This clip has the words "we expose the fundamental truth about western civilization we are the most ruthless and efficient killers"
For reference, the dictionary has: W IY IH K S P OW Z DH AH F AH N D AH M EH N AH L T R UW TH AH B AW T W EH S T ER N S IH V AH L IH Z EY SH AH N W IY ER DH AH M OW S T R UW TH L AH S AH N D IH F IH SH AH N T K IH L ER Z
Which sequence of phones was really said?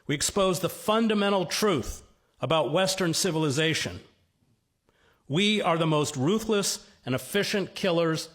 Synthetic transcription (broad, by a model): W IY IH K S P OW Z DH AH F AH N D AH M EH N L T R UW TH AH B AW T W EH S T ER N S IH V AH L IH Z EY SH AH N W IY ER DH AH M OW S T R UW TH L AH S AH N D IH F IH SH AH N K IH L ER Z